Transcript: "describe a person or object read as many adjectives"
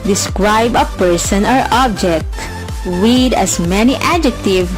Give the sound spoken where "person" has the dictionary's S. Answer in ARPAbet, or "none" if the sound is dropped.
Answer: S